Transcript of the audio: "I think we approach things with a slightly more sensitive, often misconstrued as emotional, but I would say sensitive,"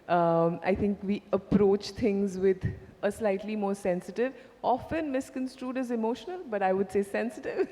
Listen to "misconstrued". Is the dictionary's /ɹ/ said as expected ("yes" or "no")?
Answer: yes